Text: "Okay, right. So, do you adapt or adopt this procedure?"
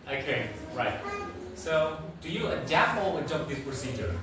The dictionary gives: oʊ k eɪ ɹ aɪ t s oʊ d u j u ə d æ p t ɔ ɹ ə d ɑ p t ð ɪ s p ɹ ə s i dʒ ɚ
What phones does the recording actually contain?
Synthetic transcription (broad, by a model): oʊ k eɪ ɹ aɪ t s oʊ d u j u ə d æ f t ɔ w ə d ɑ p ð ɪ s p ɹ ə s i dʒ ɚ